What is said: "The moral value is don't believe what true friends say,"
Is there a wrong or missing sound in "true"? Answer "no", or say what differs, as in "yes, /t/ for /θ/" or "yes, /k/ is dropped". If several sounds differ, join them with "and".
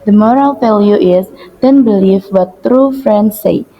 no